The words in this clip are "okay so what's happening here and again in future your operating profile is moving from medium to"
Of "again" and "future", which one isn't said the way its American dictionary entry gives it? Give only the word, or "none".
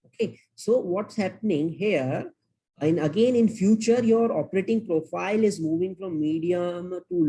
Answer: none